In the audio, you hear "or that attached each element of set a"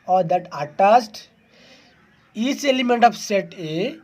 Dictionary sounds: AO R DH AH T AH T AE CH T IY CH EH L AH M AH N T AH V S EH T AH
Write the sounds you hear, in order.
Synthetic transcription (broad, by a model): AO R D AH T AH T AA S T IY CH EH L AH M AH N T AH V S EH T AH